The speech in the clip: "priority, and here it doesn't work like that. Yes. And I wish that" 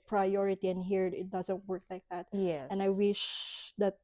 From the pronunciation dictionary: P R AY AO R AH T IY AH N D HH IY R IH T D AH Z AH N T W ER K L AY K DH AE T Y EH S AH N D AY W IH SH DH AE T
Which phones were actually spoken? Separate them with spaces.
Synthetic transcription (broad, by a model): P R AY AO R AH T IY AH N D HH IY R IH T D AH Z AH N T W ER K L AY K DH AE T Y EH AH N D AY W IH SH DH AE T